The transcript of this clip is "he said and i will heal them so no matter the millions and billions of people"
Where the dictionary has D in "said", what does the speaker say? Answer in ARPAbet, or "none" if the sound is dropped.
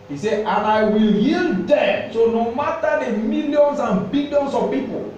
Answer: none